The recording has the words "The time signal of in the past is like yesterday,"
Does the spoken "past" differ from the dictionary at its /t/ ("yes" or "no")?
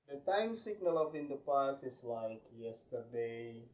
yes